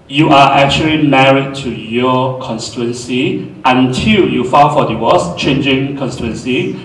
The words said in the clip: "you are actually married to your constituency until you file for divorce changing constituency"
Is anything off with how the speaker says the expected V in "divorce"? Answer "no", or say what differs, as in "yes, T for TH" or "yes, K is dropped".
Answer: yes, W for V